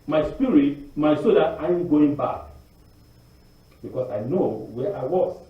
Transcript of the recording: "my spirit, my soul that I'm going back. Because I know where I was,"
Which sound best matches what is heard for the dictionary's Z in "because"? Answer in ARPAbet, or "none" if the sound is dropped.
S